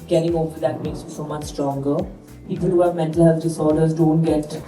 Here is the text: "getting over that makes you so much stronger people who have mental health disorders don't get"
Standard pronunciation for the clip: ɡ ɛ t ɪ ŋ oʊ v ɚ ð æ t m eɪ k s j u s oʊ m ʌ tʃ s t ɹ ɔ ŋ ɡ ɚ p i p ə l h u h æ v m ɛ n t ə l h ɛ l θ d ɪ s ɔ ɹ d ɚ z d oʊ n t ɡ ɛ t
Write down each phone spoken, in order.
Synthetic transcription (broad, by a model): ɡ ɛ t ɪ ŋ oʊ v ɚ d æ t m eɪ k s j u s oʊ m ʌ tʃ s t ɹ ɔ ŋ ɡ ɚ p i p ə l h u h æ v m ɛ n t ə l h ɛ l s d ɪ s ɔ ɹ d ɚ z d oʊ n t ɡ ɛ t